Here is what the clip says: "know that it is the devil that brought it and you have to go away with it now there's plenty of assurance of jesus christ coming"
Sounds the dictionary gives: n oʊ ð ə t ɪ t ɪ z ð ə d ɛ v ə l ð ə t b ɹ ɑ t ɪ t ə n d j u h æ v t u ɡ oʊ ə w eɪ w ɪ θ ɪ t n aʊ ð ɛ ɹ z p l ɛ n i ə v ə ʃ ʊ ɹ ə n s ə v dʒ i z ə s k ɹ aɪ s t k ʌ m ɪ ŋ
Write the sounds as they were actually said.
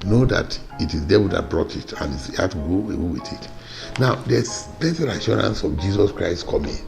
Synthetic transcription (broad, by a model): n oʊ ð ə t ɪ t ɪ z d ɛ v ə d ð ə t b ɹ ɑ t ɪ t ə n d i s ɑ t u ɡ oʊ ə w eɪ w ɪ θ ɪ t n aʊ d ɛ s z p ɛ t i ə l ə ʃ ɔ ɹ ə n s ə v dʒ i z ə s k ɹ aɪ s t k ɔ m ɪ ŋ